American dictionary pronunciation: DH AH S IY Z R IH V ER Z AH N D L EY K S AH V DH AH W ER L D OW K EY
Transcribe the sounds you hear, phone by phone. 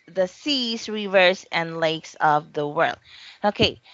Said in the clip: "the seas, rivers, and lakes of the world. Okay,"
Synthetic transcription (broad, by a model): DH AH S IY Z R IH V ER S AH N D L EY K S AH V DH AH W ER L D OW K EY